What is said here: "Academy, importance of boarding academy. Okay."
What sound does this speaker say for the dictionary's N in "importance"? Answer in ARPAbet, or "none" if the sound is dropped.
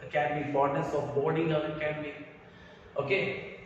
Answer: none